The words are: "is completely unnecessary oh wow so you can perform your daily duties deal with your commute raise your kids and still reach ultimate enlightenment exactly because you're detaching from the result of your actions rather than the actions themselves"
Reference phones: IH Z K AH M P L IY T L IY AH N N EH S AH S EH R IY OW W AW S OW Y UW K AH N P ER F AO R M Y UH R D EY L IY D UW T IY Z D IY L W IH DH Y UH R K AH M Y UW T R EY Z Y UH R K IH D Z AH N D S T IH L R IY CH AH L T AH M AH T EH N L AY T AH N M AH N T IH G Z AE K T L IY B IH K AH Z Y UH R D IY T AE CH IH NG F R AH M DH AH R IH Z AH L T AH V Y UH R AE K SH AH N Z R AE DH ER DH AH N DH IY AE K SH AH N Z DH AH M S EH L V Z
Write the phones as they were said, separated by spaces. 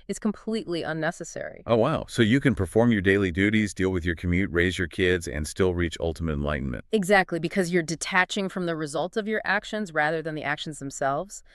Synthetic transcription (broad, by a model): IH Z K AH M P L IY T L IY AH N N EH S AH S EH R IY OW W AW S OW Y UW K AH N P ER F AO R M Y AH R D EY L IY D UW T IY Z D IY L W IH DH Y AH R K AH M Y UW T R EY Z Y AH R K IH D Z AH N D S T IH L R IY CH AH L T AH M AH T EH N L AY T N M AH N T IH G Z AE K T L IY B IH K AH Z Y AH R D IY T AE CH IH NG F R AH M DH AH R IH Z AH L T AH V Y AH R AE K SH AH N Z R AE DH ER DH AH N DH IY AE K SH N Z DH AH M S EH L V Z